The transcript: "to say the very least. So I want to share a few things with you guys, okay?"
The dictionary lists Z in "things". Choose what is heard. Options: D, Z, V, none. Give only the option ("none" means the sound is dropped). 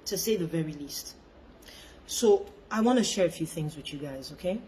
Z